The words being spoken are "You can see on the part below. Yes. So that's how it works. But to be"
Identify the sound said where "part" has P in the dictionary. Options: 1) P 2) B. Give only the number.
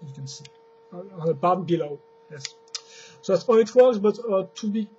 2